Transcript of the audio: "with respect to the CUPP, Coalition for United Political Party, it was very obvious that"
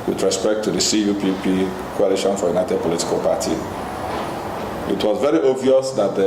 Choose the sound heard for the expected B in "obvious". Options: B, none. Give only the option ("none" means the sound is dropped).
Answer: none